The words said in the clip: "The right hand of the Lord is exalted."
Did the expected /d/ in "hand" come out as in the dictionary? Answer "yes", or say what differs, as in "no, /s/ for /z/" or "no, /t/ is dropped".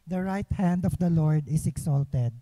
yes